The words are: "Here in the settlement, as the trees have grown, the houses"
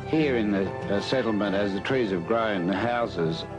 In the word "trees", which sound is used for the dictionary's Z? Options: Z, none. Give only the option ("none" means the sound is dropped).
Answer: Z